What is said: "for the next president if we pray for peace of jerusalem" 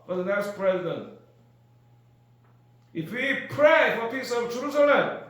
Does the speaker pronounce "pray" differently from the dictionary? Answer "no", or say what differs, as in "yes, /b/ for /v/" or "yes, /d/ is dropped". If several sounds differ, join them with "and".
no